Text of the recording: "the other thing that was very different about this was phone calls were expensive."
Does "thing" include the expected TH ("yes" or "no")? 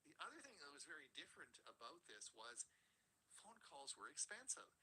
yes